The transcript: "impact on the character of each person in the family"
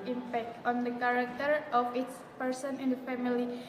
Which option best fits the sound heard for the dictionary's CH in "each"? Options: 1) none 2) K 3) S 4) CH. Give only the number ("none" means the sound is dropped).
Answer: 3